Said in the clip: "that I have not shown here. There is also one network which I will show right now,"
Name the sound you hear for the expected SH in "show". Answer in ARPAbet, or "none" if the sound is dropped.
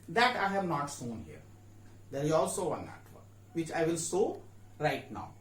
S